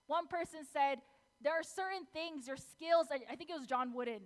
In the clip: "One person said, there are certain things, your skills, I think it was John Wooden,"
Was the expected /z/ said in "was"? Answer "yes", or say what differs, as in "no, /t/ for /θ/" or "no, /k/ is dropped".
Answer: yes